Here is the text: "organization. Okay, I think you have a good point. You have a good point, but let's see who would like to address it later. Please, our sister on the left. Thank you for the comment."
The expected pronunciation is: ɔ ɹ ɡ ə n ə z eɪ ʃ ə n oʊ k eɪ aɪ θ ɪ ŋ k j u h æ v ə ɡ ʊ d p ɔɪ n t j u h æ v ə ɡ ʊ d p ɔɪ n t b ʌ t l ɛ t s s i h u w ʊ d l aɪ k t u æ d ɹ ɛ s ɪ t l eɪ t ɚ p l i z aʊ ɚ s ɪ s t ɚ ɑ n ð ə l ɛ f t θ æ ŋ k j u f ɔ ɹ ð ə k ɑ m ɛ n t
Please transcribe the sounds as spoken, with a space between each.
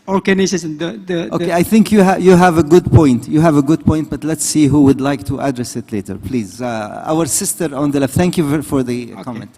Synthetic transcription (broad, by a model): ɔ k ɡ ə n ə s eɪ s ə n oʊ k eɪ aɪ θ ɪ ŋ k j u h æ v ə ɡ ʊ d p ɔɪ n t j u h æ v ə ɡ ʊ d p ɔɪ n t b ʌ t l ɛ t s s i h u w ʊ d l aɪ k t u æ d ɹ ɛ s ɪ t l eɪ t ɚ p l i z aʊ ɚ s ɪ s t ɚ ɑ n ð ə l ɛ f t θ æ ŋ k j u f ɔ ɹ ð ə k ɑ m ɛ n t